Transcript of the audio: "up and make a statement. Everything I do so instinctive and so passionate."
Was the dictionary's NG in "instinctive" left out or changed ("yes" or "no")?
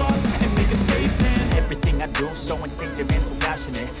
yes